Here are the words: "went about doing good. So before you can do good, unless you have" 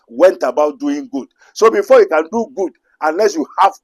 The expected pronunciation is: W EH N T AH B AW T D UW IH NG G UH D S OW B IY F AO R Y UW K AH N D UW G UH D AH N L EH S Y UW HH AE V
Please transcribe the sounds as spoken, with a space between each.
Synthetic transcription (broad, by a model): W EH N T AH B AW T D UW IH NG G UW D S OW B IY F AO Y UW K AH N D UW G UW D AH N L EH S Y UW HH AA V